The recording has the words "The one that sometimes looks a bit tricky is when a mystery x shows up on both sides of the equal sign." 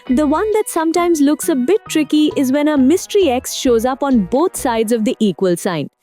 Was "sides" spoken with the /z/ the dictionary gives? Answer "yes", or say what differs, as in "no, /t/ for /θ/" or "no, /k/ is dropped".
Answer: yes